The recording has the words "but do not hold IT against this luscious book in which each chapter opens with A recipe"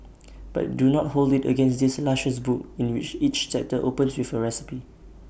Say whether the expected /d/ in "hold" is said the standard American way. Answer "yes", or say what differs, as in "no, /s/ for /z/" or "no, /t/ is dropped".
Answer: yes